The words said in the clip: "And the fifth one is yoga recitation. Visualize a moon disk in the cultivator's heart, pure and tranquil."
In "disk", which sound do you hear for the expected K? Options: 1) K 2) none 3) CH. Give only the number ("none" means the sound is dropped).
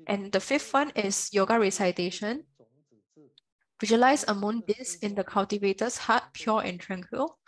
2